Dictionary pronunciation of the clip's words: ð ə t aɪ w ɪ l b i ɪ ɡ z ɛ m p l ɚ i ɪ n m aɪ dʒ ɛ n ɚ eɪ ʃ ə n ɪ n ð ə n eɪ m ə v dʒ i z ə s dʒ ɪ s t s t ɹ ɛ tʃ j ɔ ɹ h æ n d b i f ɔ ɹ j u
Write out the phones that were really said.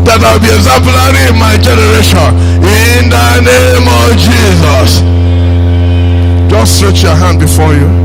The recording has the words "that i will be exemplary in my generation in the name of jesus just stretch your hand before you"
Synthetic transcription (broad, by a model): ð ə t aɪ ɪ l b i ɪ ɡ z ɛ m p l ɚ i ɪ n m aɪ dʒ ɛ n ɚ eɪ ʃ ə n ɪ n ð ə n eɪ m ə v dʒ i z ə s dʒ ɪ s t s t ɹ ɛ tʃ j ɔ h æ n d b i f ɔ j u